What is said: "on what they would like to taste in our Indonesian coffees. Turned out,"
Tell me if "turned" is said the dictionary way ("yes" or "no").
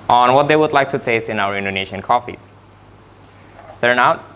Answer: no